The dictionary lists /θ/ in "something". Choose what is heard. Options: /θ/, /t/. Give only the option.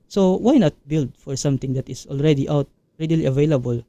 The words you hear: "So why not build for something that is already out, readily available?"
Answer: /t/